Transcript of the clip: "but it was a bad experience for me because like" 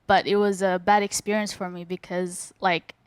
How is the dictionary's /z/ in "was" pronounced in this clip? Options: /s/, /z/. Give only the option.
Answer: /z/